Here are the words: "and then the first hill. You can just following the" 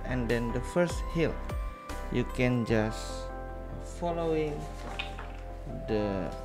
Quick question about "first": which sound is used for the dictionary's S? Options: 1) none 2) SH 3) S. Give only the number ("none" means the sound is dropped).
3